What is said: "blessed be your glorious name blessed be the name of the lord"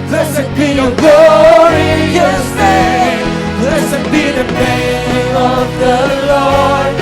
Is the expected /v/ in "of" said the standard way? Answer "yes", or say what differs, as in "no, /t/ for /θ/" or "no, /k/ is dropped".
yes